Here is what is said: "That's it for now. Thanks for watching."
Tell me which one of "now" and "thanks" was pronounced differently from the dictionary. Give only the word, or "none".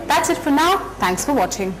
none